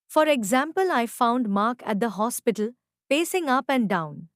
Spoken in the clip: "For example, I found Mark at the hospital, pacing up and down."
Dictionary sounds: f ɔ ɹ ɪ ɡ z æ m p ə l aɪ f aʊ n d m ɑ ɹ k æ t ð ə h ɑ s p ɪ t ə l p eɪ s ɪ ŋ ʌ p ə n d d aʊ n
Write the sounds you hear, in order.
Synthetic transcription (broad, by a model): f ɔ ɹ ɪ ɡ z æ m p ə l aɪ f aʊ n d m ɑ ɹ k æ t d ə h ɑ s p ɪ t ə l p eɪ s ɪ ŋ ʌ p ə n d d aʊ n